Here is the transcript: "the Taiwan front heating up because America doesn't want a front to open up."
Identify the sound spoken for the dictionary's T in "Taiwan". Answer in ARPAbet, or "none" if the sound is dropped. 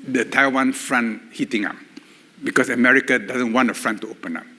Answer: T